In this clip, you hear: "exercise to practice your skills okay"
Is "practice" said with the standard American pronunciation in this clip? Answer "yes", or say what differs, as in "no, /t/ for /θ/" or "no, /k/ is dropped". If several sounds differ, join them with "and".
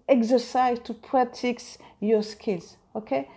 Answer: no, /k/ is dropped